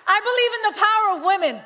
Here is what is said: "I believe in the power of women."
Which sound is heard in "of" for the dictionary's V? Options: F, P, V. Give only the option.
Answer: V